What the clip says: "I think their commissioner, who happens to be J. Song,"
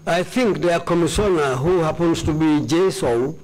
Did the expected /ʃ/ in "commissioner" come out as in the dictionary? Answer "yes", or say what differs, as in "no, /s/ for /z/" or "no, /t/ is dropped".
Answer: no, /s/ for /ʃ/